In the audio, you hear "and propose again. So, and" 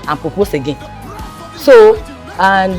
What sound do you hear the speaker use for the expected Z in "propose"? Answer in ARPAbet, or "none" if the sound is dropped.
S